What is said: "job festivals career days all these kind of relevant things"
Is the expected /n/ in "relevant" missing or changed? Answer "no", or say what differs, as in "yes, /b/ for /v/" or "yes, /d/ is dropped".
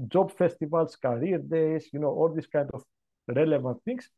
no